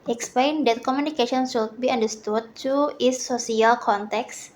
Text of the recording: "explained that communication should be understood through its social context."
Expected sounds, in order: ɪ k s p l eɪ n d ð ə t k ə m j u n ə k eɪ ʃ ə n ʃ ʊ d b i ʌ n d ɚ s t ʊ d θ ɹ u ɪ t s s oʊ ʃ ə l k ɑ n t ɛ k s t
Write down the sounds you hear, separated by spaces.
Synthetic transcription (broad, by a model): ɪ k s p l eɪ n d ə t k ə m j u n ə k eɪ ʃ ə n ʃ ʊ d b i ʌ n d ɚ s t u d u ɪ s s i ə l k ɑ n t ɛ k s